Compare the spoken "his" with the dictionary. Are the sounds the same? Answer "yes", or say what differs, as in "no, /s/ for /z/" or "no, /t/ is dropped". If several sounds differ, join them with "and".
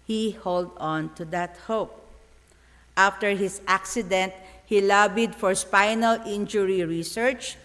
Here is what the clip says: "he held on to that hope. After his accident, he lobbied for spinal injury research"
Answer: no, /s/ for /z/